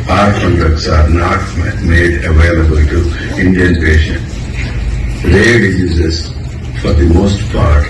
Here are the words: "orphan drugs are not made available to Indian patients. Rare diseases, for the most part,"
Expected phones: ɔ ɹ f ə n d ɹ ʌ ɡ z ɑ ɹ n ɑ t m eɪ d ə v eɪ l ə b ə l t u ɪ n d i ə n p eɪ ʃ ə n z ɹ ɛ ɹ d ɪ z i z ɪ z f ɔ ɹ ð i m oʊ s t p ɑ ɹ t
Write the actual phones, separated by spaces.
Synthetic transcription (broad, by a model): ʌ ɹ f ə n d ʌ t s ɑ ɹ n ɑ t m eɪ d ə v eɪ l ə b ə l t u ɪ n d i ə n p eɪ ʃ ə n ɹ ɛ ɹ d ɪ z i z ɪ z f ɔ ɹ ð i m oʊ s t p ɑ ɹ t